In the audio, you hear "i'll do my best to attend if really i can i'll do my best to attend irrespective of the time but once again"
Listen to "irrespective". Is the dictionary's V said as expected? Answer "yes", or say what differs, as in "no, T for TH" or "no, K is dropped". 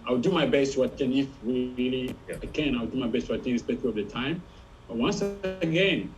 no, V is dropped